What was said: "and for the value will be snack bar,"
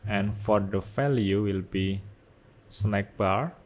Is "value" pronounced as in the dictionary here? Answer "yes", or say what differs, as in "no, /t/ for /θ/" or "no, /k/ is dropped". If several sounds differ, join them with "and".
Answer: no, /f/ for /v/